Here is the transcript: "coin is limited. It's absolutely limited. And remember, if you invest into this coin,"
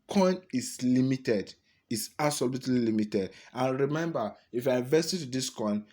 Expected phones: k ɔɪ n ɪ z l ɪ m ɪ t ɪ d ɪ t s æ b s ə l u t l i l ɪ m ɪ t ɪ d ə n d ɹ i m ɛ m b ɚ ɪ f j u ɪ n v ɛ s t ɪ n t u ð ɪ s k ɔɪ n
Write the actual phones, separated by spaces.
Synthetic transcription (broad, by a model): k ɔɪ n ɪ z l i m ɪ t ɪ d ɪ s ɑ s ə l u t l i l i m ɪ t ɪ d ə n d ɹ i m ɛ m b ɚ ɪ f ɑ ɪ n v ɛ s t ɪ t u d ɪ s k ɔɪ n